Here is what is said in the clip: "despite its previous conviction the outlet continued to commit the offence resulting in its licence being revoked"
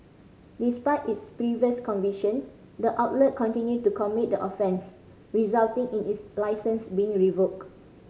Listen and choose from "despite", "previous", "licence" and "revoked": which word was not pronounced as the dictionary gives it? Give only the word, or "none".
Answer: revoked